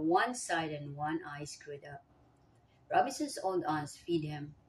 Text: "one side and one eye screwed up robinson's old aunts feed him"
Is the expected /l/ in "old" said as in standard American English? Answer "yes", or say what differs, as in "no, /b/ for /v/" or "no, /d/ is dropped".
no, /n/ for /l/